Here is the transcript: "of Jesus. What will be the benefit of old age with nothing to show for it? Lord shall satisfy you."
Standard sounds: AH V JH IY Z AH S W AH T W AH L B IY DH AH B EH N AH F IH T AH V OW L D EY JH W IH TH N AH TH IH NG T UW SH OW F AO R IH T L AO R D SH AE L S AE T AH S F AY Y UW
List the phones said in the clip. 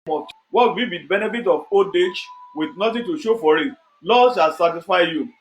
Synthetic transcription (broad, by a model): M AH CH W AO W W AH B IY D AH B EH N AH F IH T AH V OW D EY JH W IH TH N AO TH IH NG T UW SH OW F AO R IH T L AO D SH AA L S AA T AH S F AY Y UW